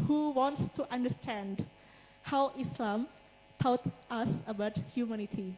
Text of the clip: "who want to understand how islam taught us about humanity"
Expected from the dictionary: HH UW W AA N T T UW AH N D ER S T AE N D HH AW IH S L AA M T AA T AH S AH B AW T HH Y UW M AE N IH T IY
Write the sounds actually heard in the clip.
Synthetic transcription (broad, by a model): HH UW W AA N T T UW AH N D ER S T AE N D HH AW IH S L AA M T AA T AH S AH B AW T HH Y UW M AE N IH T IY